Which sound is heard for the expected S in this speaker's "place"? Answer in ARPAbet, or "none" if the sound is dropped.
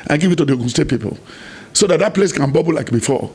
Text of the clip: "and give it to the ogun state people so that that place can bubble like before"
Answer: S